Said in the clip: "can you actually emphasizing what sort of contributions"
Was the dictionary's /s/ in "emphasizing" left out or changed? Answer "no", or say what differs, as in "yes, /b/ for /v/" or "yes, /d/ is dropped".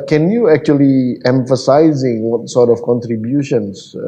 no